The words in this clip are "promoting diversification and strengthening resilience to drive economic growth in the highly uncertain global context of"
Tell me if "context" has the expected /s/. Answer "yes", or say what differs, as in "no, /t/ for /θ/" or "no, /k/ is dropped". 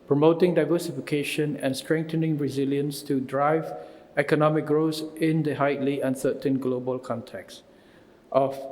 yes